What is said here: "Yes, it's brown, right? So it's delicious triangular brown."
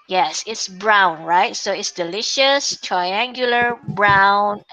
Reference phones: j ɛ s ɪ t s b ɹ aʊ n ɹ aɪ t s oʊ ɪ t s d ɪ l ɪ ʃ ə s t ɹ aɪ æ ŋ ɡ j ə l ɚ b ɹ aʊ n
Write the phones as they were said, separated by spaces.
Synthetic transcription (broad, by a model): j ɛ s ɪ t s b ɹ aʊ n ɹ aɪ t s oʊ ɪ t s d ɪ l ɪ ʃ ə s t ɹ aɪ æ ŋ ɡ j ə l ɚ b ɹ aʊ n